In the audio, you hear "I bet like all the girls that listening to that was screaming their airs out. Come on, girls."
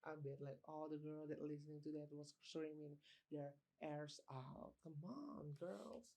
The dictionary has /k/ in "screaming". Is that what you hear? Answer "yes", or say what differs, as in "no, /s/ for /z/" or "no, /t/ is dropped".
no, /k/ is dropped